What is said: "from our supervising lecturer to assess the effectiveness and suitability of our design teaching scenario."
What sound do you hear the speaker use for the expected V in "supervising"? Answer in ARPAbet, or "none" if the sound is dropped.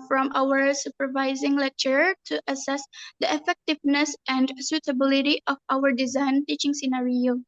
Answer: V